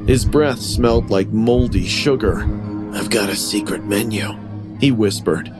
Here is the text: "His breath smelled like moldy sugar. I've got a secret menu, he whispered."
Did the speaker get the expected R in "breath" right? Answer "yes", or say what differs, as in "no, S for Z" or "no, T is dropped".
yes